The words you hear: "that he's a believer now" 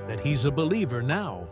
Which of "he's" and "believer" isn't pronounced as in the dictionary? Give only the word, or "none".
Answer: none